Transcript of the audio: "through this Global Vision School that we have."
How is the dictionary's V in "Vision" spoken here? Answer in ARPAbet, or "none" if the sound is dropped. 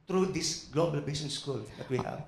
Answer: B